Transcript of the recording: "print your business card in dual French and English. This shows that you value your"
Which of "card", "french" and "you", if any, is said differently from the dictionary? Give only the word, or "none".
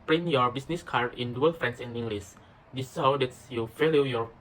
french